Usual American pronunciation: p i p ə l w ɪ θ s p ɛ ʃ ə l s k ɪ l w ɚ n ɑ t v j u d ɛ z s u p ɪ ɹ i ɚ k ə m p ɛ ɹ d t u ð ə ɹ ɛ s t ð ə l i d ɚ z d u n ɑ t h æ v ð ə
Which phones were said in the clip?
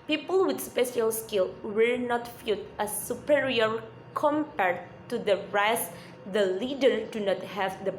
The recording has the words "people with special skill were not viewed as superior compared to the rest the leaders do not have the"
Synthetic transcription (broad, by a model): p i p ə l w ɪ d s p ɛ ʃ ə l s k ɪ l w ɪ n ɑ t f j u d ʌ s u p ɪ ɹ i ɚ k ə m p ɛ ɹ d t u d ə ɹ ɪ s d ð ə l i d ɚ d u n ɑ t h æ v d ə